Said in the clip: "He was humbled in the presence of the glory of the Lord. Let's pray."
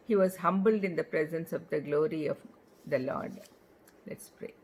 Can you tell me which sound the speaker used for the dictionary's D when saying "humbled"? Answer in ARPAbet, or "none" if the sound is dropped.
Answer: D